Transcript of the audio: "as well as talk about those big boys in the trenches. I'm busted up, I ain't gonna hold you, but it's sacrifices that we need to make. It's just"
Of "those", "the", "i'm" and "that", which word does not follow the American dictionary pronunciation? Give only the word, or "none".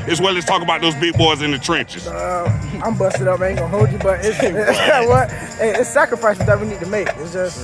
none